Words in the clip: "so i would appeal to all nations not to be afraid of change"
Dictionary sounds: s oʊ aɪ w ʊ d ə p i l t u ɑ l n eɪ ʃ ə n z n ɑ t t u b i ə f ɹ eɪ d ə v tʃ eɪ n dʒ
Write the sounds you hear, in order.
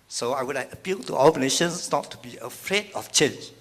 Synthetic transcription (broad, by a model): s oʊ aɪ w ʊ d ə p i l t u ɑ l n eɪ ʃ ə n s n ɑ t t u b i ə f ɹ eɪ d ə f tʃ eɪ n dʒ